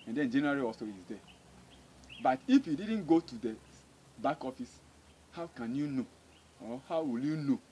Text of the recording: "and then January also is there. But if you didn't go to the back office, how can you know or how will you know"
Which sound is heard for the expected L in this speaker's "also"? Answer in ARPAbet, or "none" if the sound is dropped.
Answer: none